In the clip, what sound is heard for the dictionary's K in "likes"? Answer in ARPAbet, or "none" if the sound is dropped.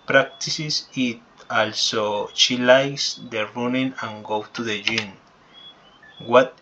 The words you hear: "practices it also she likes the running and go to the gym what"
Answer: none